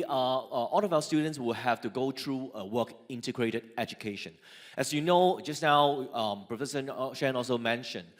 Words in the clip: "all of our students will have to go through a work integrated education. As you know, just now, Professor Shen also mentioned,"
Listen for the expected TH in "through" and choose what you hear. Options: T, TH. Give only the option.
T